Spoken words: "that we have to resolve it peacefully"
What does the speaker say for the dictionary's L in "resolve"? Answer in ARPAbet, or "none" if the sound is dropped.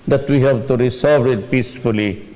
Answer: none